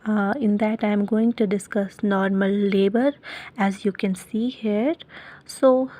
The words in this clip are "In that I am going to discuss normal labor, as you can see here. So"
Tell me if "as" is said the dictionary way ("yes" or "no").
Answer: yes